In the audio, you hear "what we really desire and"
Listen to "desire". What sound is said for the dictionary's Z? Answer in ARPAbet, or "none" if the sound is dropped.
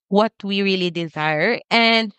Z